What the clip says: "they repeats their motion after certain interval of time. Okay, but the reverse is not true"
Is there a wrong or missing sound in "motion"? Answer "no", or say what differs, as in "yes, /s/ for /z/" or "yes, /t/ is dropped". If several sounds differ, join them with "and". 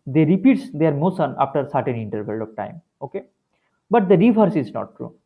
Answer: yes, /s/ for /ʃ/